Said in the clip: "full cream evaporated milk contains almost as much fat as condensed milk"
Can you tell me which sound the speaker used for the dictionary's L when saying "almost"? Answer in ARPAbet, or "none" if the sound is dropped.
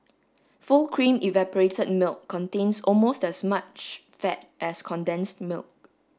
L